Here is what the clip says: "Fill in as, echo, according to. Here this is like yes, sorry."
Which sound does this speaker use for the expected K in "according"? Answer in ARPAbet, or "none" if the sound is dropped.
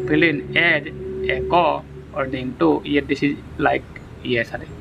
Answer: none